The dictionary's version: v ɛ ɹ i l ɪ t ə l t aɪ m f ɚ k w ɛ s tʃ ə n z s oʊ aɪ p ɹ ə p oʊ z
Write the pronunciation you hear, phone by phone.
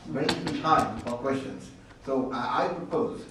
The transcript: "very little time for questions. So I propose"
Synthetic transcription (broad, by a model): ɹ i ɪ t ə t aɪ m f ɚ k w ɛ s tʃ ə n z s oʊ aɪ p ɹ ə p oʊ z